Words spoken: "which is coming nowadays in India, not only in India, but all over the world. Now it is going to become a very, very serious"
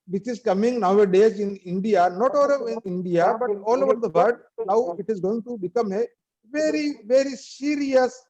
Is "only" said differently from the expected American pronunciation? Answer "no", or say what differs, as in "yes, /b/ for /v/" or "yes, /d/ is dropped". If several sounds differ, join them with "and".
yes, /n/ is dropped